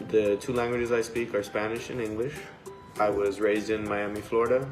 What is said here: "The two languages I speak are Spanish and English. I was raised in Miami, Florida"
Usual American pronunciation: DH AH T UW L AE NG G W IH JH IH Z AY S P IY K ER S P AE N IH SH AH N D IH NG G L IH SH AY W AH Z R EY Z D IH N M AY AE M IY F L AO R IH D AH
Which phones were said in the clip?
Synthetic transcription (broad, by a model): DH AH T UW L AE NG G W IH JH IH Z AY S P IY K ER S P AE N IH SH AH N IH NG G L IH SH AY W AH Z R EY Z D IH N M AY AE M IY F L AO R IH D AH